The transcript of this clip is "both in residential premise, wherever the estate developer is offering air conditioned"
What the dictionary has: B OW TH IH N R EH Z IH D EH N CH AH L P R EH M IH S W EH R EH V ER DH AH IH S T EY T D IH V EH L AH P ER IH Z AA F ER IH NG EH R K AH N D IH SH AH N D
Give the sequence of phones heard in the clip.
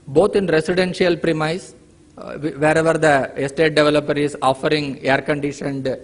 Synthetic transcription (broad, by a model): B OW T IH N R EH S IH D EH N SH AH L P R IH M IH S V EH R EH V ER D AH IH S T EY T D IH V EH L AH P ER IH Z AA F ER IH NG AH R K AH N D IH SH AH N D